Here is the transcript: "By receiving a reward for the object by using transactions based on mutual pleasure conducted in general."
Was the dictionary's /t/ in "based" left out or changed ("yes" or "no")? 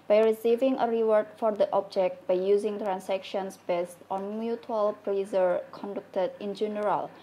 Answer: no